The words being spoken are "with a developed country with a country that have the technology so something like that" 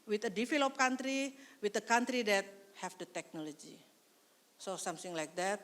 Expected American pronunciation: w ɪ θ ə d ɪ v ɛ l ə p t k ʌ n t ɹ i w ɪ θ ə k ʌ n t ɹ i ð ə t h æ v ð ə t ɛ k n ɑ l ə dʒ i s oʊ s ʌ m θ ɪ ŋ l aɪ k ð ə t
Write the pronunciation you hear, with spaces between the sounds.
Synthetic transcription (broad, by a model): w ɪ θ ə d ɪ f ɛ l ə p k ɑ n t ɹ i w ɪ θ ə k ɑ n t ɹ i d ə t h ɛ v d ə t ɛ k n ɑ l ə dʒ i s oʊ s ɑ m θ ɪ ŋ l aɪ k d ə t